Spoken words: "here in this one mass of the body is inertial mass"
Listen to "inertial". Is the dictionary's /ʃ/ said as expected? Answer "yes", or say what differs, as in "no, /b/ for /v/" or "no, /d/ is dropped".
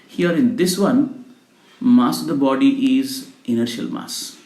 yes